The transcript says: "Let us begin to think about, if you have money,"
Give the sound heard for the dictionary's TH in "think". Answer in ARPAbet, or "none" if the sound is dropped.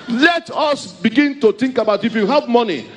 T